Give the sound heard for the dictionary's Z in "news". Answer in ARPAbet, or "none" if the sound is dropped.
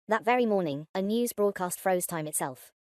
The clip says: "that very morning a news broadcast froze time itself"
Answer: Z